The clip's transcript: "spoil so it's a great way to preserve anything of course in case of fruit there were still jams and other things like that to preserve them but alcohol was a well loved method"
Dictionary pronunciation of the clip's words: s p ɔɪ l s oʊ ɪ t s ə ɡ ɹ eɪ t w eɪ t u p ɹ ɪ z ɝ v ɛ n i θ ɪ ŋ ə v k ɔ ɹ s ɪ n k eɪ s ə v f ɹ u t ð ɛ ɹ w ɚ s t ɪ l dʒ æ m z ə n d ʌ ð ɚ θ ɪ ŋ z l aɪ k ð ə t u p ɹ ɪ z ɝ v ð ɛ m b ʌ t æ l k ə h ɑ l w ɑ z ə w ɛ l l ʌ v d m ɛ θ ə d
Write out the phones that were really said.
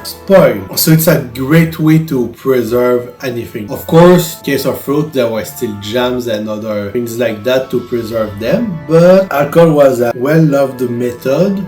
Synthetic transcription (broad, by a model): s p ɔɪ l s oʊ ɪ t s ə ɡ ɹ eɪ t w eɪ t u p ɹ ɪ z ɝ v ɛ n i θ ɪ ŋ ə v k ɔ ɹ s k eɪ s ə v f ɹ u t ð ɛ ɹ w ɚ s t ɪ l dʒ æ m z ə n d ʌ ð ɚ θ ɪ ŋ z l aɪ k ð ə t u p ɹ ɪ z ɝ v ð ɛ m b ʌ t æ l k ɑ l w ɑ z ə w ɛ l l ʌ v d m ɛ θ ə d